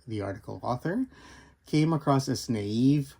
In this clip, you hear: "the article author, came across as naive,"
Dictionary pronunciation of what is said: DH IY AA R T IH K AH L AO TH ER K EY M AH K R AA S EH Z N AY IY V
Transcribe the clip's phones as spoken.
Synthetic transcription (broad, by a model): DH IY AA R T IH K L AO TH ER K EY M AH K R AA S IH S N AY IY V